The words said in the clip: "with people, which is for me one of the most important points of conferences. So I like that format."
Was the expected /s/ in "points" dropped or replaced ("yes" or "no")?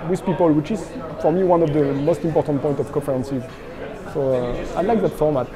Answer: yes